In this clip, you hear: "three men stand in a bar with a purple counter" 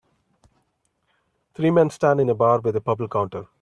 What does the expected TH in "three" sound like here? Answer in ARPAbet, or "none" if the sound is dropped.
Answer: T